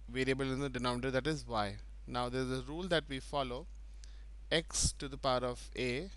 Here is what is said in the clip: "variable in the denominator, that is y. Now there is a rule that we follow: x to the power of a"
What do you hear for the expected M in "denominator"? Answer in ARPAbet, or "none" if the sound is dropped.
none